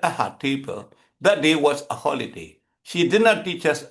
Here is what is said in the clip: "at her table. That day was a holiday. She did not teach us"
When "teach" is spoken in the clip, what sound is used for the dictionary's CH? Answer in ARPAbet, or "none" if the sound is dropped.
CH